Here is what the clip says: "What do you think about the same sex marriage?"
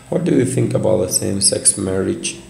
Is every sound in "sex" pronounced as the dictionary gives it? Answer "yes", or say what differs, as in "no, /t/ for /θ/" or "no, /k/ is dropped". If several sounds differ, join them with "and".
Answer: yes